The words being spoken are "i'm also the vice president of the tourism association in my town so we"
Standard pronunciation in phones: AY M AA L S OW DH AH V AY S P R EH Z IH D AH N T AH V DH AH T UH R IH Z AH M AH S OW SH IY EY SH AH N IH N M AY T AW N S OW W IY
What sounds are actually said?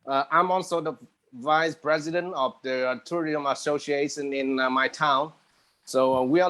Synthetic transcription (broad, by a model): AY M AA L S OW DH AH V AY S P R EH Z IH D AH N T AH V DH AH T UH R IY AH M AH S OW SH IY EY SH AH N IH N M AY T AW N S OW W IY